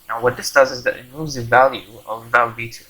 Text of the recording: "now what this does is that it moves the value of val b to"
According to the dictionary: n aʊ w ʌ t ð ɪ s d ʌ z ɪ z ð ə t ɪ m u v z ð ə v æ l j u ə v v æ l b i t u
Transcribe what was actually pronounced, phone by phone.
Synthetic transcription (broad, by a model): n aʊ w ʌ t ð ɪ s d ʌ z ɪ z ð ə t ɪ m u z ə v æ l j u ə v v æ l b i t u